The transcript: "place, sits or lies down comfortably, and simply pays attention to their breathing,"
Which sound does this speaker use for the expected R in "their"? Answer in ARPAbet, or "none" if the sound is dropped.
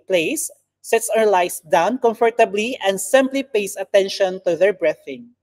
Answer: R